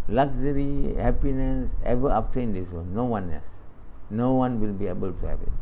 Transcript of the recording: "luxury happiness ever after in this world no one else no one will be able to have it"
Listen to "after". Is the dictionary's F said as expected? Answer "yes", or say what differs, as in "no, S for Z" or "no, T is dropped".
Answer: no, P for F